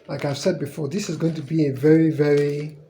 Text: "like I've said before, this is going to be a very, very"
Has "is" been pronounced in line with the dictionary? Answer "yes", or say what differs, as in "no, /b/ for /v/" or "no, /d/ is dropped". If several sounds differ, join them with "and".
yes